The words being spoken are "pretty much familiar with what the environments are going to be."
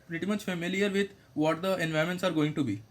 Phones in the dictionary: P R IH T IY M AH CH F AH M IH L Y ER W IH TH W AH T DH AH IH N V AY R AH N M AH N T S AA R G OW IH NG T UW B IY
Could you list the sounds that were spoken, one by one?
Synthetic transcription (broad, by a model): P R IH T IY M AH CH F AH M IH L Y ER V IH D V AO T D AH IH N V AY AH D M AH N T S AA R G OW IH NG T UW B IY